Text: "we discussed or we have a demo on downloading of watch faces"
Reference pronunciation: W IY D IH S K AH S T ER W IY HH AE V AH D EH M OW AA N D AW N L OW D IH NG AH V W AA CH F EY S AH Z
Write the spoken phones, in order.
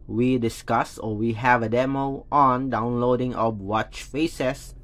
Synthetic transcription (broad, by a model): W IY D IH S K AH S AO W IY HH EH V AH D EH M OW AA N D AW N L OW D IH NG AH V W AA CH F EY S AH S